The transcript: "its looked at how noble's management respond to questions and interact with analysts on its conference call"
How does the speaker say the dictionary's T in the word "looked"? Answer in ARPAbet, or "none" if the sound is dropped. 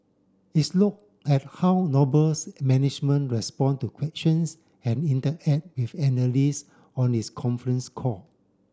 none